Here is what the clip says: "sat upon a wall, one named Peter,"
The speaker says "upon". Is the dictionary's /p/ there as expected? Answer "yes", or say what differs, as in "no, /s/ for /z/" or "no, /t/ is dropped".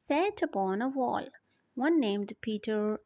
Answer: no, /b/ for /p/